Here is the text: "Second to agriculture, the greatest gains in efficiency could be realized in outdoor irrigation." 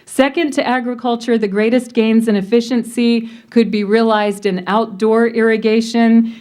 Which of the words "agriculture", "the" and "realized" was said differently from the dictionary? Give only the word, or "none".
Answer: none